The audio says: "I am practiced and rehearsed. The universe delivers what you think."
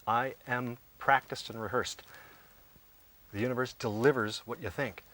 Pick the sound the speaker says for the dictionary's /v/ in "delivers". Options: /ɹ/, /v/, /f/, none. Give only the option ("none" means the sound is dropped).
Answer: /v/